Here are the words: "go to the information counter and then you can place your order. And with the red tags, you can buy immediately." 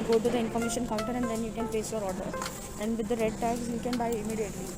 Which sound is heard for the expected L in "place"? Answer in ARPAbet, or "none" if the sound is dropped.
none